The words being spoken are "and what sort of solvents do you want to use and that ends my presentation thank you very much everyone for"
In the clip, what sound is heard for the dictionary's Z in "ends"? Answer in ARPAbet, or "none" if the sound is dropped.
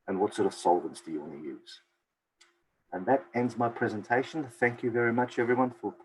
Z